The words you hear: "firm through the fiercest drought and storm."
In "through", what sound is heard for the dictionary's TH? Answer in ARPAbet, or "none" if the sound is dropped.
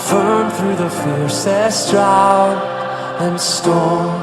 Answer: TH